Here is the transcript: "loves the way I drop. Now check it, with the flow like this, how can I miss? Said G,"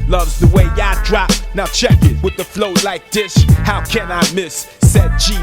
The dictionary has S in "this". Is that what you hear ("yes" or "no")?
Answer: no